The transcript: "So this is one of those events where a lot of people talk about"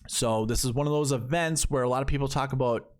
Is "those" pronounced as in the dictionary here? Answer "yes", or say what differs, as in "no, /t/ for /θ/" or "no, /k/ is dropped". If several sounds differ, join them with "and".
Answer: yes